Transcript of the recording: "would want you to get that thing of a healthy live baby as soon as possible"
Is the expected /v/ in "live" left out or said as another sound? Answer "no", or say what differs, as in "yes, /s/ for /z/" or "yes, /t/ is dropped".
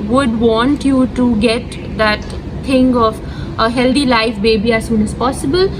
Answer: yes, /f/ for /v/